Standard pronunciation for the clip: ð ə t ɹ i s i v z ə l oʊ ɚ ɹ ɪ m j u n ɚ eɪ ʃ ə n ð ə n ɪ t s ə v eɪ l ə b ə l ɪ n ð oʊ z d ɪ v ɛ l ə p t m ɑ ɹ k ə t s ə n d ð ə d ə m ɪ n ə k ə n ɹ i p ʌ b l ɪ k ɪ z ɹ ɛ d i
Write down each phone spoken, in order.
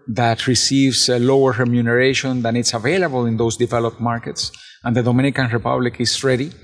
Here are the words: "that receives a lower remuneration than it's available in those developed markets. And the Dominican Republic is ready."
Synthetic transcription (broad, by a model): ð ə t ɹ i s i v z ə l oʊ ɚ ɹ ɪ m j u n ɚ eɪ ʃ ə n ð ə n ɪ t s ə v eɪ l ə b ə l ɪ n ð oʊ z d ɪ v ɛ l ə p t m ɑ ɹ k ə t s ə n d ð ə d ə m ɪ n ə k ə n ɹ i p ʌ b l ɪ k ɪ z ɹ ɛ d i